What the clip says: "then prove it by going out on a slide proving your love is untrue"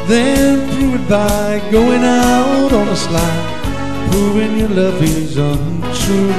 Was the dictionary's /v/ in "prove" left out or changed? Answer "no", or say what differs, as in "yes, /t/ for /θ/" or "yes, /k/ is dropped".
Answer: yes, /w/ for /v/